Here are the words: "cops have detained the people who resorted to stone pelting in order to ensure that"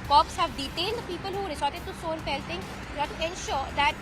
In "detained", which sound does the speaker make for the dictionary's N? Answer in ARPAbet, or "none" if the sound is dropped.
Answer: L